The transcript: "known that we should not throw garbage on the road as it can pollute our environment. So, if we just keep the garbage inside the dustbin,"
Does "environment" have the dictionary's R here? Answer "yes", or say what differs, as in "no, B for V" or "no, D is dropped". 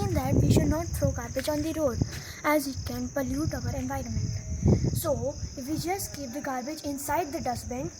yes